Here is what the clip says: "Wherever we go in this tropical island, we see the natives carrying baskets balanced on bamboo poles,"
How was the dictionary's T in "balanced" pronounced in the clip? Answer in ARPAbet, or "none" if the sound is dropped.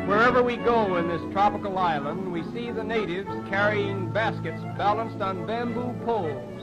T